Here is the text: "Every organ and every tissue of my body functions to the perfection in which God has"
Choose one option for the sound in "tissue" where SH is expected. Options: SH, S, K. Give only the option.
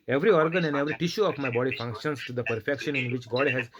SH